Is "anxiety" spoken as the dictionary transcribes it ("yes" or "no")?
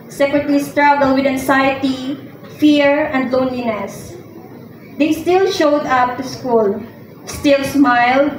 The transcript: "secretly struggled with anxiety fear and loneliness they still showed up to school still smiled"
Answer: no